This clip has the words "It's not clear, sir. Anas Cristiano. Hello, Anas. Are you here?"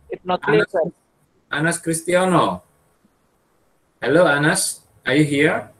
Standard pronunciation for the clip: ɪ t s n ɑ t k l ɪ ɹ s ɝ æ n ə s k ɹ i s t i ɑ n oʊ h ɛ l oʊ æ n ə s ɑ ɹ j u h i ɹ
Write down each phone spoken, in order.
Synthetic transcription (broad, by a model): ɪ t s n ɑ t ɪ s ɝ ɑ n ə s k ɹ i s t i ɑ n oʊ h ɛ l oʊ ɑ n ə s ɑ ɹ j u h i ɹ